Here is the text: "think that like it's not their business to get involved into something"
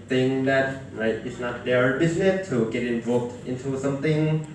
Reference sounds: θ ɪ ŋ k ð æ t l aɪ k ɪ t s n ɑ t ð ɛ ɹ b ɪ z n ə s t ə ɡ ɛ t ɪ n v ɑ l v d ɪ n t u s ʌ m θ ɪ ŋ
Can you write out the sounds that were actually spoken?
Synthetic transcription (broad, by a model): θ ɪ ŋ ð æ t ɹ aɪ ɪ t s n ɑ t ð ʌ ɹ b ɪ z n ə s t ə ɡ ɛ t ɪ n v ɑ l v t ɪ n t u s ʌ m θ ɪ ŋ